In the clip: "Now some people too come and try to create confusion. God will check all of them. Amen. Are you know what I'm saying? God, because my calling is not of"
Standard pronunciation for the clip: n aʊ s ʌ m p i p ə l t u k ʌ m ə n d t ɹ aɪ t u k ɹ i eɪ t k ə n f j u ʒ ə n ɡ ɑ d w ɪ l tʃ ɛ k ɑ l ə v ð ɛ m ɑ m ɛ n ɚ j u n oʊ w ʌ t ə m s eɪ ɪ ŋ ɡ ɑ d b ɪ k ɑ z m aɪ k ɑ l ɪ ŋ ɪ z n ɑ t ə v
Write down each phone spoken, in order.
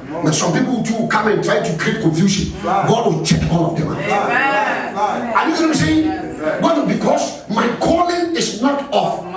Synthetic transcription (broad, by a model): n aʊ s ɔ m p i p ə l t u k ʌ m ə n t ɹ aɪ t u k ɹ i eɪ t k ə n f j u ʃ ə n ɡ ɑ d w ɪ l tʃ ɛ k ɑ n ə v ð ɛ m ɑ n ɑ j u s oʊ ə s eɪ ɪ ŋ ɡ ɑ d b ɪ k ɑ s m aɪ k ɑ l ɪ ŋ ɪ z n ɑ t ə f